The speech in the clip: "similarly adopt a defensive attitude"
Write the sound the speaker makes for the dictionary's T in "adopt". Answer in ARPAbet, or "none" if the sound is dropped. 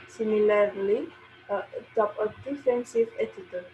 none